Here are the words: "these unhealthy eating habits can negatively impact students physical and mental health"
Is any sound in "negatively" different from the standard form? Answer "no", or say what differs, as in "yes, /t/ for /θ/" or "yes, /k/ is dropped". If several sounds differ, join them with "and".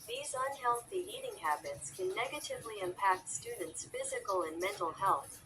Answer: no